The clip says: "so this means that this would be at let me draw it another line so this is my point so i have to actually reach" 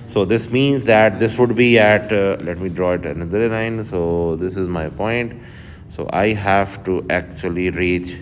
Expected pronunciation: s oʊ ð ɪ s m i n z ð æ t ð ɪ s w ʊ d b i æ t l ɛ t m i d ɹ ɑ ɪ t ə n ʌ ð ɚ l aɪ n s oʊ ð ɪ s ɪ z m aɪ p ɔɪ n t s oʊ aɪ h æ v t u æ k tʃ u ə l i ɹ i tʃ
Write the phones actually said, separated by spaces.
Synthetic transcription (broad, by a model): s oʊ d ɪ s m i n z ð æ t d ɪ s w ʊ d b i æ t l ɛ t m i d ɹ ɑ ɪ t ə n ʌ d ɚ l aɪ n s oʊ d ɪ s ɪ z m aɪ p ɔɪ n t s oʊ aɪ h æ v t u æ k tʃ u ə l i ɹ i tʃ